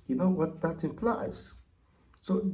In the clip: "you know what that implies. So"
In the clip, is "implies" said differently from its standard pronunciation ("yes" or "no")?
yes